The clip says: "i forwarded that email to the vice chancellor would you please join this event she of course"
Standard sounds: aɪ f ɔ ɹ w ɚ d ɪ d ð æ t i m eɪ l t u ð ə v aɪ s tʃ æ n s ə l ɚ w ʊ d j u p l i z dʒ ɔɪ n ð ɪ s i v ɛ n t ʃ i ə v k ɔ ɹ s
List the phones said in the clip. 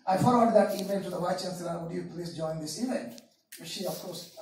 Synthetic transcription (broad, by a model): aɪ f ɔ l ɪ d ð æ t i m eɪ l t u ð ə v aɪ tʃ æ n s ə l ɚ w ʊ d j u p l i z dʒ ɔɪ n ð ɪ s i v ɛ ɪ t ʃ i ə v k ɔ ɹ s